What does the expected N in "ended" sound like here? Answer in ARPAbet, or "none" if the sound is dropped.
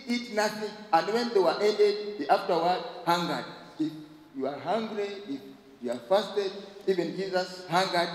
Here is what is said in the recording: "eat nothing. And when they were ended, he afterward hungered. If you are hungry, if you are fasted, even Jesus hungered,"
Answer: none